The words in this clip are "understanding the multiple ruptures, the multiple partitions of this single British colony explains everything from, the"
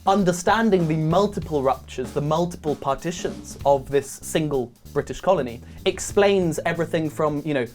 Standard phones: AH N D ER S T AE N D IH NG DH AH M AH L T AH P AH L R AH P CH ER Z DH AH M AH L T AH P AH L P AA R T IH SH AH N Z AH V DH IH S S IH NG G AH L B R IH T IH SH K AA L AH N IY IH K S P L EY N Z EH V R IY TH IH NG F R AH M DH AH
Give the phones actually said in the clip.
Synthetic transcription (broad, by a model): AH N D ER S T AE N D IH NG DH AH M AH L T AH P AH L R AH P CH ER Z DH AH M AH L T AH P AH L P AA T IH SH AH N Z AH V DH IH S S IH NG G AH L B R IH T IH SH K AA L AH N IY IH K S P L EY N Z EH V R IY TH IH NG F R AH M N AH